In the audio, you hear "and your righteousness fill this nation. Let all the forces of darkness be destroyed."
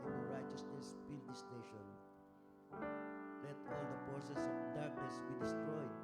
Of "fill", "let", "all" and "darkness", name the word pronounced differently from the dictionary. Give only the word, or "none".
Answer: fill